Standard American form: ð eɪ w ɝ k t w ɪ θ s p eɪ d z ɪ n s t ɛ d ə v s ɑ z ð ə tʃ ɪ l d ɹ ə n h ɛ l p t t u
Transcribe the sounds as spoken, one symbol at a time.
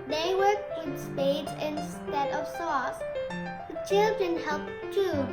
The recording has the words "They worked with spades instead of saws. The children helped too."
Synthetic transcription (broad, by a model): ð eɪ w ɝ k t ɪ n s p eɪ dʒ ɪ n s t ɛ d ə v s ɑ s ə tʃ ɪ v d ə n h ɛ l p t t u